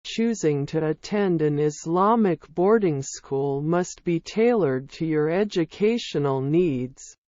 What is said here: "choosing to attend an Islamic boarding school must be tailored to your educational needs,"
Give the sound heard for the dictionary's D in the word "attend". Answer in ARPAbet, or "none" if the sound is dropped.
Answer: D